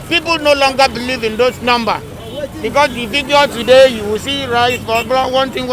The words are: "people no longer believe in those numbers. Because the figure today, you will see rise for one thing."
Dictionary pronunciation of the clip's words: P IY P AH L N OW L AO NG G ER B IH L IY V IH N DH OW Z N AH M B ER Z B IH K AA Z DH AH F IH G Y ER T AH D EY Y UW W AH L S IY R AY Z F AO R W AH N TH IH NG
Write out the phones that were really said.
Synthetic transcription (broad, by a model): P IY P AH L N OW L AO NG G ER B IH L IY V IH N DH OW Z N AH M B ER B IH K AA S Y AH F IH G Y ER T AH D EY Y UW W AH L S IY R AY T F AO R W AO N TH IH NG